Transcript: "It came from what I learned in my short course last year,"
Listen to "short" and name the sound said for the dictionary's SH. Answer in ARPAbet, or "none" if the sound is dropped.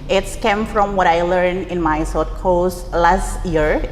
S